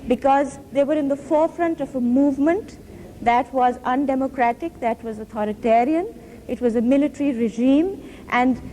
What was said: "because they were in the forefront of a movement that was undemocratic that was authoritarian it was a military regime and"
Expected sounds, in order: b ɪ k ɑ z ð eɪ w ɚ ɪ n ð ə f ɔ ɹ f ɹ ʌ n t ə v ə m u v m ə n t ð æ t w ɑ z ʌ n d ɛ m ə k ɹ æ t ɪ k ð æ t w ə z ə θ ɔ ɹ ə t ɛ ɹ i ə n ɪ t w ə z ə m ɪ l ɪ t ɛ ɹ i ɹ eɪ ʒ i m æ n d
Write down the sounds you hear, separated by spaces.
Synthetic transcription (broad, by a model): b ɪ k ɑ z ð eɪ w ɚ ɪ n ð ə f ɔ ɹ f ɹ ʌ n t ə v ə m u v m ə n t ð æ t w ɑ z ʌ n d ɛ m ə k ɹ æ t ɪ k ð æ t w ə z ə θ ɔ ɹ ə t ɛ ɹ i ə n ɪ t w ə z ə m ɪ l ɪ t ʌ ɹ i ɹ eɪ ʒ i m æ n d